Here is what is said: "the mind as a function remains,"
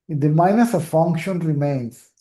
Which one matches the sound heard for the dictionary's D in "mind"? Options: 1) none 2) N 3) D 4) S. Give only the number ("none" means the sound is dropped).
1